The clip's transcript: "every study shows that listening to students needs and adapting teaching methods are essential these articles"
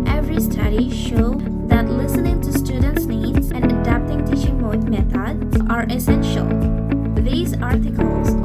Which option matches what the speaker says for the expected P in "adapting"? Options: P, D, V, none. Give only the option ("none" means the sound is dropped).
P